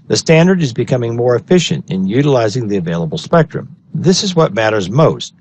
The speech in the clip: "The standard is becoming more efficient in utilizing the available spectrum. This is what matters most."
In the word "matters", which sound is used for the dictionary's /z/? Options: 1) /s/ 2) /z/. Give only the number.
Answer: 2